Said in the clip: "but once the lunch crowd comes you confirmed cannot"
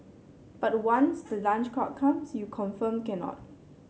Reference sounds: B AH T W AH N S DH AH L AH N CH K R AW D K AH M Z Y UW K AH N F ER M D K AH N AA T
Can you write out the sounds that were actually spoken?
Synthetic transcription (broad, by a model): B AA T W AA N S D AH L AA N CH K AW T K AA M S Y UW K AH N F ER M K AH N AA T